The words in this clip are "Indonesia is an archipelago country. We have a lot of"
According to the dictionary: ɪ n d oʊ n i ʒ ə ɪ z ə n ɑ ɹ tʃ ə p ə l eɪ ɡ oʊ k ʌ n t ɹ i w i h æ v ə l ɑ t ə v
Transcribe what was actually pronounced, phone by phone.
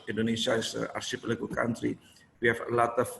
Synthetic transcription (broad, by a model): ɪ n d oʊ n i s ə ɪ s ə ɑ ɹ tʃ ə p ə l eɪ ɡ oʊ k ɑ n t ɹ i w i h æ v ə l ɑ t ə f